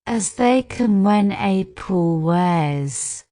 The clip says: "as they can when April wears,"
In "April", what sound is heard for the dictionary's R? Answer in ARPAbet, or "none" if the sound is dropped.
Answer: none